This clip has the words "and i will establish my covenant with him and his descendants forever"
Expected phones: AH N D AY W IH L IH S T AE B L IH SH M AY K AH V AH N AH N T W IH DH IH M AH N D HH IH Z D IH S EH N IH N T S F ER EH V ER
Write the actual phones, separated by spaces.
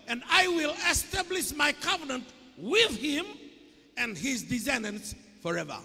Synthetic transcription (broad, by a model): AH N D AY W IH L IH S T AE B L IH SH M AY K AH V AH N AH N T W IH DH IH M AH N D HH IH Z D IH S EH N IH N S F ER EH V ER